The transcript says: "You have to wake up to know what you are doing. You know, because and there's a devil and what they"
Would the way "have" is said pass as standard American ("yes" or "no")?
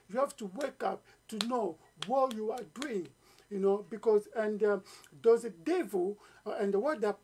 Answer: no